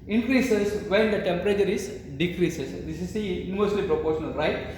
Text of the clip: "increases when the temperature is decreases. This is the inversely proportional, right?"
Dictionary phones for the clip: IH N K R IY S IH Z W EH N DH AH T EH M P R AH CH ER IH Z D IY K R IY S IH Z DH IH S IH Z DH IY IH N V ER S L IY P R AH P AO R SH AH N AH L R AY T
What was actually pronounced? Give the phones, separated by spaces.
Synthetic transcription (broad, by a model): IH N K R IY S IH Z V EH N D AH T EH M P R AH CH ER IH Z D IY K R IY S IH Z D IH S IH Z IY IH V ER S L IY P R AH P AO R SH AH N AH L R AY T